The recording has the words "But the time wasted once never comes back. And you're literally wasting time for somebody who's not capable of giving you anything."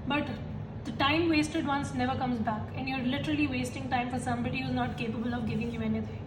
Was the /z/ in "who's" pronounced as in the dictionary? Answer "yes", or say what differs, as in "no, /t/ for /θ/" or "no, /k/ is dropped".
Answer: yes